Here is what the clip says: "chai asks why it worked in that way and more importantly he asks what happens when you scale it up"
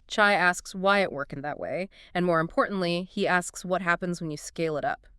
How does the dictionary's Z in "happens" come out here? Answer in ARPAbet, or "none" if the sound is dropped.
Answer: Z